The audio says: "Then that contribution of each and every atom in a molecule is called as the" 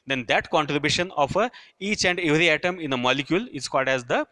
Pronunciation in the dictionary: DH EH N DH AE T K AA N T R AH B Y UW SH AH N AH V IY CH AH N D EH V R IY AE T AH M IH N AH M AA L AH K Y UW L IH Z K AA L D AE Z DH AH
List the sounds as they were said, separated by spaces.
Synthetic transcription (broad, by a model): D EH N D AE T K AA N T R AH B Y UW SH AH N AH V IY CH AH N D EH V R IY AE T AH M IH N AH M AA L AH K Y UW L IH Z K AA L D AE Z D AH